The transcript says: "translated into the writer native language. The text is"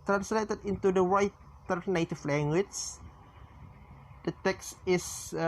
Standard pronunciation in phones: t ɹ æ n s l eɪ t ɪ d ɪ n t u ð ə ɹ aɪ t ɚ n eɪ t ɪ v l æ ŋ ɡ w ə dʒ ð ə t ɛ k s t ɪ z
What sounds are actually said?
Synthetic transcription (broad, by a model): t ɹ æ n s l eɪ t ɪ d ɪ n t u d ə w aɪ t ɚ n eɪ t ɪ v l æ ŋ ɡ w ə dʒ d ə t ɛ k s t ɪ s